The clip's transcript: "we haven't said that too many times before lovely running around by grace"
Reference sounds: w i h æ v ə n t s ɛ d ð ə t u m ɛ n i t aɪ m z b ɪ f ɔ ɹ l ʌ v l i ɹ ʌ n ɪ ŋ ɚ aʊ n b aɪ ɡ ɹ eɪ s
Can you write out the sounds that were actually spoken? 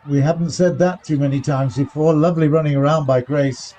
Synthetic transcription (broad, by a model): w i h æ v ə n t s ɛ d ð ə t u m ɛ n i t aɪ m z b ɪ f ɔ ɹ l ʌ v l i ɹ ʌ n ɪ ŋ ɚ aʊ n b aɪ ɡ ɹ eɪ s